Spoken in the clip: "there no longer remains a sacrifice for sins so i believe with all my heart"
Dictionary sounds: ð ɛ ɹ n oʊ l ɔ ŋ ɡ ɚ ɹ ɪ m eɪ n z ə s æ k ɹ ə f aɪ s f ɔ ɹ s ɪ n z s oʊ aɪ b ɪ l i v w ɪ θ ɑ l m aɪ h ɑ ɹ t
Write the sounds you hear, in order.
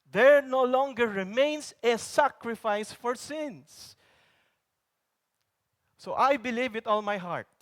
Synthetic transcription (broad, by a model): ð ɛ ɹ n oʊ l ɔ ŋ ɡ ɚ ɹ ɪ m eɪ n s ə s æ k ɹ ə f aɪ s f ɔ ɹ s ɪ n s s oʊ aɪ b ɪ l i v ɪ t ɑ l m aɪ h ɑ ɹ t